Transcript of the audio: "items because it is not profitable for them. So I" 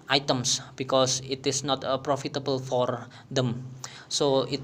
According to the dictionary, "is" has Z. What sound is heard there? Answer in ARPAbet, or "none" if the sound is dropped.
S